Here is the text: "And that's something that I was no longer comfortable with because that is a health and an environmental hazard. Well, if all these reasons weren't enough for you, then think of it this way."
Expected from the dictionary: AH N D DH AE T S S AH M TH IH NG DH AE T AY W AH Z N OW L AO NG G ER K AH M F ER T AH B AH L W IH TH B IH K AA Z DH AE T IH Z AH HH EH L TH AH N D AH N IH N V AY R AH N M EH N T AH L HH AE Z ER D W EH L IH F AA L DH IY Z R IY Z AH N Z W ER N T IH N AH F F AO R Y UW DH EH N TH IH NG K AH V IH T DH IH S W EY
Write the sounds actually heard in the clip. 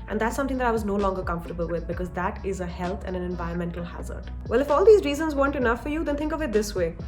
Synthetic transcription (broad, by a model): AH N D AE T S S AH M T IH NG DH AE T AY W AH Z N OW L AO NG G ER K AH M F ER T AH B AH L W IH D B IH K AA Z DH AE T IH Z AH HH EH L T AH N D AH N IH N V AY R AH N M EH N T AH L HH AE Z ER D W EH L IH F AA L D IY Z R IY Z AH N Z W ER N T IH N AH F F AO R Y UW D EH N T IH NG K AH V IH T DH IH S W EY